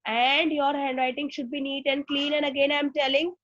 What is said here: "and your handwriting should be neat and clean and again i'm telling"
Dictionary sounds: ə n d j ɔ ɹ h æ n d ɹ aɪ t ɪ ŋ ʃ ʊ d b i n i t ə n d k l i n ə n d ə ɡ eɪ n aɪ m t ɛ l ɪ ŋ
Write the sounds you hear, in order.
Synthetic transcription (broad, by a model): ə n d j ɔ ɹ h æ n d ɹ aɪ t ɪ ŋ ʃ ʊ d b i n i t ə n d k l i n ə n d ə ɡ eɪ n aɪ m t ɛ l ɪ ŋ